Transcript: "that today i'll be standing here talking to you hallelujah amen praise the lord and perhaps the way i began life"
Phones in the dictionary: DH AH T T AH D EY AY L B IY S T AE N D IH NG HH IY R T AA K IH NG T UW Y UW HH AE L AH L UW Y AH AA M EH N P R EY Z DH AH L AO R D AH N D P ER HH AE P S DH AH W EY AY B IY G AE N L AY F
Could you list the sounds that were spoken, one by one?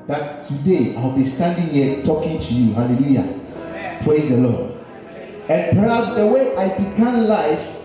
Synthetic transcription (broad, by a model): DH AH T T AH D EY AY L B IY S T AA N D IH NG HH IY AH T AA K IH NG T UW Y UW HH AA L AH L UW Y AA P R EY Z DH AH L AO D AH N P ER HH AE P S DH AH W EY AY B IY G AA N L AY F